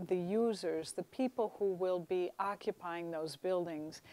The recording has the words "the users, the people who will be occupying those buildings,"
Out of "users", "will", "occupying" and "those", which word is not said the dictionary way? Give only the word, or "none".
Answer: none